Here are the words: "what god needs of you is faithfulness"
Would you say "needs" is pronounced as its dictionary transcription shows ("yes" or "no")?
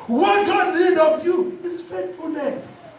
no